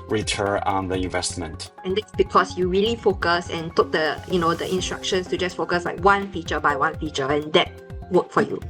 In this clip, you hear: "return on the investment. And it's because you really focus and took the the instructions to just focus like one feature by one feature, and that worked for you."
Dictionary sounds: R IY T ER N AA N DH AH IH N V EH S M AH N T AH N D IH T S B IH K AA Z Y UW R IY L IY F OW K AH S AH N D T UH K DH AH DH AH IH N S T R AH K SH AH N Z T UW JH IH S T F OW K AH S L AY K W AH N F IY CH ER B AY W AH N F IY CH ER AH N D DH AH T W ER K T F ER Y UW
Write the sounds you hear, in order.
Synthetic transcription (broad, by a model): R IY T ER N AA N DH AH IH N V EH S M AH N T AH N D IH T S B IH K AA S Y UW R IY L IY F OW K AH S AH N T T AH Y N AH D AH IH N S T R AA K SH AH N S T UW JH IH S F OW K AH S L AY K W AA N F IY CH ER B AY W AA N F IY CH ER AH N D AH T W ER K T F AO Y UW